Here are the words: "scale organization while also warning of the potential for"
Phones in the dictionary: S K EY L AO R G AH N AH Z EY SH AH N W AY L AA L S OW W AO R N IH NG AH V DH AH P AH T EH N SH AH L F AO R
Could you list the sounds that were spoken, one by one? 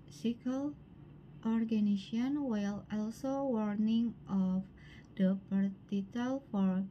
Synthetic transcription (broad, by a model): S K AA L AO R G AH N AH S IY AH N W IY L AA L S OW W AO R N IH NG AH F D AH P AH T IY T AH L F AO R